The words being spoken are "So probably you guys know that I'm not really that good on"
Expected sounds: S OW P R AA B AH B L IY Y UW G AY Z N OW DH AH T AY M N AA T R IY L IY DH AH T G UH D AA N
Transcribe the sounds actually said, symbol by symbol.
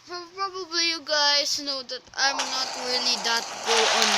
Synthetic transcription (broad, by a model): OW P R AA B AH B L IY Y UW G AY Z N OW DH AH T AY M N AA T R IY L IY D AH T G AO AA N